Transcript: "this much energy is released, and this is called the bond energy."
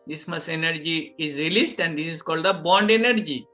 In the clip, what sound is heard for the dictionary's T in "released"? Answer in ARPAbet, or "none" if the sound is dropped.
T